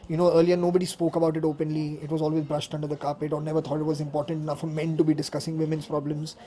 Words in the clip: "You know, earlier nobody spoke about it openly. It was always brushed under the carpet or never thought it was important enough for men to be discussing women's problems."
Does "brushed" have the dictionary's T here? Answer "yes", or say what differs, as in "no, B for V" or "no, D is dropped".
yes